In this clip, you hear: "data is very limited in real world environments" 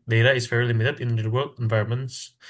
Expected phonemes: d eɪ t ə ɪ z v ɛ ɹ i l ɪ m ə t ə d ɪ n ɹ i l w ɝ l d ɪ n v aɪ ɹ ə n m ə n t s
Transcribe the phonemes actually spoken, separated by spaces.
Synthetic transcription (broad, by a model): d eɪ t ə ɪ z f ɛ ɹ l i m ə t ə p ɪ n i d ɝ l ɪ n v aɪ ɹ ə n m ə n t s